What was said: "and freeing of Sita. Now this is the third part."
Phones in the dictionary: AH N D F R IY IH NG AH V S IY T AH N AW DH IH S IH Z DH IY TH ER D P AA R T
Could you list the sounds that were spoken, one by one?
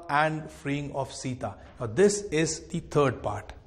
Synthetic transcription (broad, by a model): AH N D F R IY IH NG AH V S IY T AH N AW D IH S IH Z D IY T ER D P AA R T